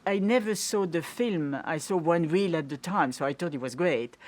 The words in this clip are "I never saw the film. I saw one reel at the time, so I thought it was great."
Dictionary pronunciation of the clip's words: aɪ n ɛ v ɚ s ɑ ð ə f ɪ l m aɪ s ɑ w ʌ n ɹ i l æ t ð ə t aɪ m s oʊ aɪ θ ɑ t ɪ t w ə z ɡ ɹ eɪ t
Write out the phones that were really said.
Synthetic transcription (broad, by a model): aɪ n ɛ v ɚ s ɑ ð ə f ɪ l m aɪ s ɑ w ʌ n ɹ i l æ t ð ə t aɪ m s oʊ aɪ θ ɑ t ɪ t w ə z ɡ ɹ eɪ t